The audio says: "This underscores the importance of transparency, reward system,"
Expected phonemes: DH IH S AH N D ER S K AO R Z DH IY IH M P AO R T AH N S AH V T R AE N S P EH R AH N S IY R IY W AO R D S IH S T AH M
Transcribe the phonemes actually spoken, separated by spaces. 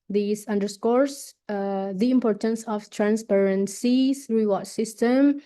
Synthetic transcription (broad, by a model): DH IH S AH N D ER S K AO R S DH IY IH M P AO R T AH N S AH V T R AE N S P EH R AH N S IY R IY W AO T S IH S T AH M